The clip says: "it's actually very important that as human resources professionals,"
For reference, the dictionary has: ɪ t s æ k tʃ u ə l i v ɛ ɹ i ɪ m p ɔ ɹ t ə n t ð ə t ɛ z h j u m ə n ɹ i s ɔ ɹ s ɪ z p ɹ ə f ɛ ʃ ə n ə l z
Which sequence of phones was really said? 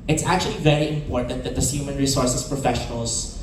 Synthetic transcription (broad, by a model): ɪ t s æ k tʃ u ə l i v ɛ ɹ i ɪ m p ɔ ɹ t ə n t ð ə t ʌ s h j u m ə n ɹ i s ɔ ɹ s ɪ s p ɹ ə f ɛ ʃ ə n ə l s